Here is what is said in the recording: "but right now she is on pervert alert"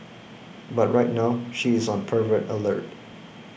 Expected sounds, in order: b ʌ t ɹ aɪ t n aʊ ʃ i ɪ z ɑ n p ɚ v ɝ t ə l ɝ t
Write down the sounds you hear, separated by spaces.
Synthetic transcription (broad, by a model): b ʌ t ɹ aɪ t n aʊ ʃ i ɪ z ɑ n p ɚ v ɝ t ə l ɝ t